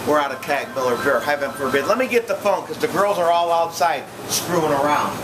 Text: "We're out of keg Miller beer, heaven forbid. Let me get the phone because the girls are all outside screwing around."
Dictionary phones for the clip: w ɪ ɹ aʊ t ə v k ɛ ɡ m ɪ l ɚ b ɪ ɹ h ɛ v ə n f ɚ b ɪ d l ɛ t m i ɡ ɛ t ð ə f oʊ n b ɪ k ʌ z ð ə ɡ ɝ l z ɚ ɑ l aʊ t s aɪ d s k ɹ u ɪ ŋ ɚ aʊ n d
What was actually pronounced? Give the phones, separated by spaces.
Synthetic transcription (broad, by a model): w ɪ ɹ aʊ t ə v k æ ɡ m ɪ l ɚ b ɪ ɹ h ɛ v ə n f ɚ b ɪ d l ɛ t m i ɡ ɛ t ð ə f oʊ n k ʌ z ð ə ɡ ɝ l z ɚ ɑ l aʊ t s aɪ d s k ɹ u ɪ ŋ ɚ aʊ n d